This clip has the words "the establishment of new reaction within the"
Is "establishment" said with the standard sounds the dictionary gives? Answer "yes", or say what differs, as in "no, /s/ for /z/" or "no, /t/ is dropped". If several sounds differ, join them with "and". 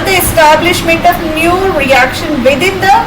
yes